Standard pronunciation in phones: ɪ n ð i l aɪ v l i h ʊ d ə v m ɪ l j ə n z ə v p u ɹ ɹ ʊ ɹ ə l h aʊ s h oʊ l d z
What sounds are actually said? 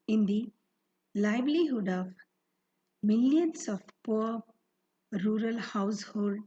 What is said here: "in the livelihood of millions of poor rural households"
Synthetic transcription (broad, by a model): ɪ n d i l aɪ b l i h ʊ d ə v m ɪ l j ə n s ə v p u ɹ ɹ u ɹ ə l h aʊ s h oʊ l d